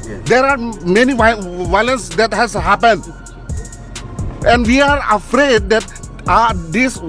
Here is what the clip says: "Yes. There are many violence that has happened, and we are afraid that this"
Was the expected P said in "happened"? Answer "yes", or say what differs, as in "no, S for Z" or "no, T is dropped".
yes